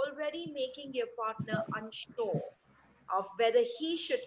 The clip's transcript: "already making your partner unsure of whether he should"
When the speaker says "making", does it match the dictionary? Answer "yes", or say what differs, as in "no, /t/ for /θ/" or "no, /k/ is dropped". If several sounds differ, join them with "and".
yes